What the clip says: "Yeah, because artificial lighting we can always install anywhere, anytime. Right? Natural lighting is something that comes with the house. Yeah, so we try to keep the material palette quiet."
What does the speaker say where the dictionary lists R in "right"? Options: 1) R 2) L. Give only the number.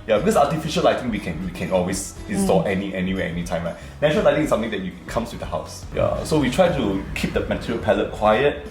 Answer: 2